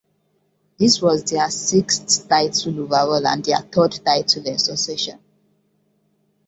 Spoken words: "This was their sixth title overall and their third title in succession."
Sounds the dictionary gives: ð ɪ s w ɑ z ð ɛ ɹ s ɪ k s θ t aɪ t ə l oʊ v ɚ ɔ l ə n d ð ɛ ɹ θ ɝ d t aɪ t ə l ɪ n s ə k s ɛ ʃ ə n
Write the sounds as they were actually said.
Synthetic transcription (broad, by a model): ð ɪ s w ɑ z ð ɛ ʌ s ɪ k s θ t aɪ t ə l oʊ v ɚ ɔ l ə n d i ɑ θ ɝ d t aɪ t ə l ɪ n s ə s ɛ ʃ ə n